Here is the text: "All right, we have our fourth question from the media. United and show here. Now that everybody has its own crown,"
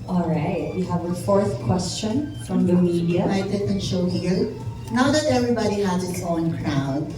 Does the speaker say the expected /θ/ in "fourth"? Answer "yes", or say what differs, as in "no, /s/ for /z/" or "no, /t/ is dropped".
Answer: yes